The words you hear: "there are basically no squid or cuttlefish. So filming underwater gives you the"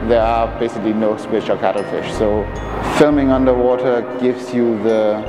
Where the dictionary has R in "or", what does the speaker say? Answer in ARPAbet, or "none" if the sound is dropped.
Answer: L